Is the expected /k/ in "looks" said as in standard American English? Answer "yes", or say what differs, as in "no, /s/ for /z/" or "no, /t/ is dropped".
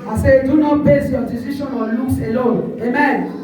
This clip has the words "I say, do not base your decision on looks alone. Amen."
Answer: no, /k/ is dropped